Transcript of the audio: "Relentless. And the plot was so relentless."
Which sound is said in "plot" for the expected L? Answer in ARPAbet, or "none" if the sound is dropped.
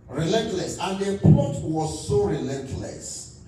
none